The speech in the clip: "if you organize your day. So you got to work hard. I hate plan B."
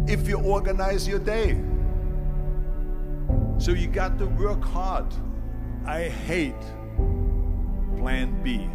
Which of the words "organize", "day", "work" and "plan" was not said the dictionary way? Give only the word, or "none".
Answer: none